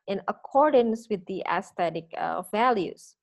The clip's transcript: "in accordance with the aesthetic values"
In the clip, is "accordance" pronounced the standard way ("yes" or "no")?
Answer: yes